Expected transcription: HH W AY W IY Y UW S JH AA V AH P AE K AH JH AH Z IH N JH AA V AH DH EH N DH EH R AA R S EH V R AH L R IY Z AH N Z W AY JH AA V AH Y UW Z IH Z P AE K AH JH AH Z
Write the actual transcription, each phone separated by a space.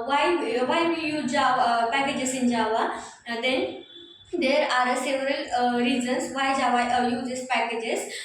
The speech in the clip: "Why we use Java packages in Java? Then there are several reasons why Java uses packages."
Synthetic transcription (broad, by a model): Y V AY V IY Y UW JH AA V AH P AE K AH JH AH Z IH N JH AA V AH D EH N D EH R AA R S EH V R AH L R IY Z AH N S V AY JH AA V AH Y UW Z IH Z P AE K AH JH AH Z